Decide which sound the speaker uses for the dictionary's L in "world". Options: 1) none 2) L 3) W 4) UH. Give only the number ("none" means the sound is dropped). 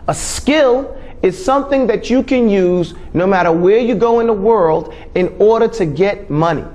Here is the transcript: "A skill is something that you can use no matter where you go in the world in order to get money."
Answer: 2